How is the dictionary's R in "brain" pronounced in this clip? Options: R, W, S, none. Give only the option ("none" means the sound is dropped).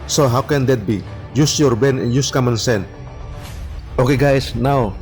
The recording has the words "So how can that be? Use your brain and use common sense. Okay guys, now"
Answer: none